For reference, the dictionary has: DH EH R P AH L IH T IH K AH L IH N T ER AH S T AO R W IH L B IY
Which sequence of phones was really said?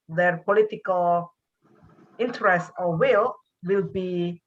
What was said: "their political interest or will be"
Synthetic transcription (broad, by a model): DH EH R P AH L IH T IH K AH L IH N T ER AH S T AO L W IH L B IY